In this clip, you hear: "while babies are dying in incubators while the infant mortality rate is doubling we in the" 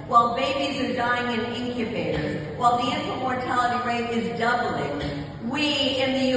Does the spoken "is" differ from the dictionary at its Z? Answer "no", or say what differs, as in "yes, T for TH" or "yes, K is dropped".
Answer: no